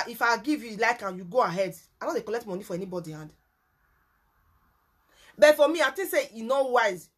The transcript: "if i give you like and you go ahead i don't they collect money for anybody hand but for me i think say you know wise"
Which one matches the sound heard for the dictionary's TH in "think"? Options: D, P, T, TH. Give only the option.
T